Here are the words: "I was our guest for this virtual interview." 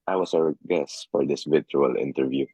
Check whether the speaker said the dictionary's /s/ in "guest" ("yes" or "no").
yes